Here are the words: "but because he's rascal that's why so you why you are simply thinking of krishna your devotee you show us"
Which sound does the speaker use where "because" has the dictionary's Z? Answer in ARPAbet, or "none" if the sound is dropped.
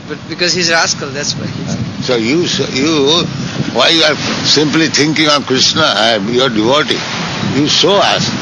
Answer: Z